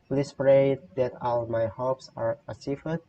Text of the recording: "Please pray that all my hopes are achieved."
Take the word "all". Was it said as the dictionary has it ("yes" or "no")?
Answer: yes